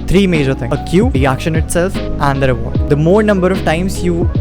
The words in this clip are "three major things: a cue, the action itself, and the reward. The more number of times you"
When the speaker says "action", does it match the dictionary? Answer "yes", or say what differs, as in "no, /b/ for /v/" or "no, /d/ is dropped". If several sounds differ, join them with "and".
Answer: yes